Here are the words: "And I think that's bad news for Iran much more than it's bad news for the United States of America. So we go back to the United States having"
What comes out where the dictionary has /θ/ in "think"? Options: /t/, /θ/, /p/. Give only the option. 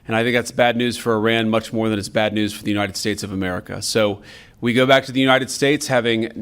/θ/